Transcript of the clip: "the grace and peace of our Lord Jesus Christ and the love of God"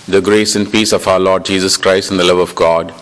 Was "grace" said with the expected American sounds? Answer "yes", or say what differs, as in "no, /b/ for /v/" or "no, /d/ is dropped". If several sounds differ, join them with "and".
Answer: yes